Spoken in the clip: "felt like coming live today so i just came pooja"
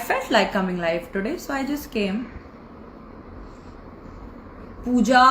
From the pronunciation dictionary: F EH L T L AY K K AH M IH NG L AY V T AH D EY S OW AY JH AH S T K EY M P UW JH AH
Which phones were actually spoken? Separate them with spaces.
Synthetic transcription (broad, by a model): F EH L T L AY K K AH M IH NG L AY F T AH D EY S OW AY JH AH S T K EY M P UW JH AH